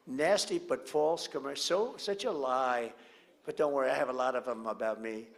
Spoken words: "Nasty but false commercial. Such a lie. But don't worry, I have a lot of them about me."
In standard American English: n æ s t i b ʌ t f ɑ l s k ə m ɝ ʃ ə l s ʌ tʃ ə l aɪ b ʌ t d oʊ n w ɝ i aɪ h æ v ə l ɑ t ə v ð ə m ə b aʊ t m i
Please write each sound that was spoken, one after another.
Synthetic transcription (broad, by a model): n æ s t i b ʌ t f ɑ l s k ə m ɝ s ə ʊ s ʌ tʃ ə l aɪ b ʌ t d oʊ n w ɝ i aɪ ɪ v ə l ɑ t ə v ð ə m ə b aʊ t m i